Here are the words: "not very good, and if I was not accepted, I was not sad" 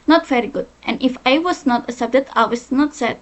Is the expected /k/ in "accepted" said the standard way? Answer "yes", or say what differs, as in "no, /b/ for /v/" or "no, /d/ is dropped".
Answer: no, /k/ is dropped